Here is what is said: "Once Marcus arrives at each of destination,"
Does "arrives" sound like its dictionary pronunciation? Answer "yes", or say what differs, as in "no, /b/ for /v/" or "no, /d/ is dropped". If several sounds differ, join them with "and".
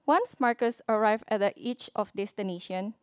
no, /z/ is dropped